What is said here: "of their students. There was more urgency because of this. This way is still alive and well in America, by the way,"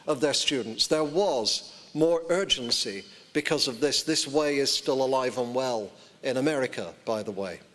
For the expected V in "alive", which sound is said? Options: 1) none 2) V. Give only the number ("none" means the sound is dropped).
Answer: 2